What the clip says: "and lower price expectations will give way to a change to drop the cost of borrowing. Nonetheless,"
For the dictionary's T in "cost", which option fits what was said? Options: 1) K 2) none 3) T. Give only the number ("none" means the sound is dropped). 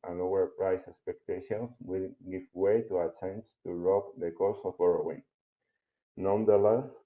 2